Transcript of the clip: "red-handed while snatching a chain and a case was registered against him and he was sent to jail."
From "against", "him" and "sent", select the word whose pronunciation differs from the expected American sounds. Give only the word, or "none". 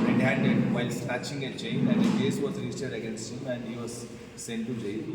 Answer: none